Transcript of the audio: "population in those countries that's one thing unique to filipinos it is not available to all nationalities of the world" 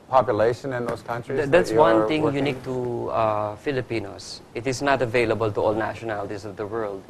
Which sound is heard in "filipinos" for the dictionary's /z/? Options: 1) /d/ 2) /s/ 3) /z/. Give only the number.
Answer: 2